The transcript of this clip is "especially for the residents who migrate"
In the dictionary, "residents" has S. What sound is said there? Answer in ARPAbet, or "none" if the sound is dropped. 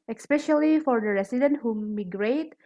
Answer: none